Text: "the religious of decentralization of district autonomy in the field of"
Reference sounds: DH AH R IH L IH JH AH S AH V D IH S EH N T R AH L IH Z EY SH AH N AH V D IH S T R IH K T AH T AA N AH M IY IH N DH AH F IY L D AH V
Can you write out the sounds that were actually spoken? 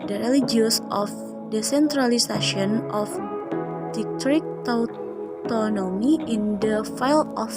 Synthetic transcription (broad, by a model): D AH R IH L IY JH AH S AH F D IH S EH N T R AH L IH S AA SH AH N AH F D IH T R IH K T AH T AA N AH M IY IH N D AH F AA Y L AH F